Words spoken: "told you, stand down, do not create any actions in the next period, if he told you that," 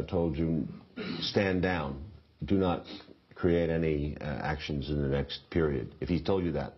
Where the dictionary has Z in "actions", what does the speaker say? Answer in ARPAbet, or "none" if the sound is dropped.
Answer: Z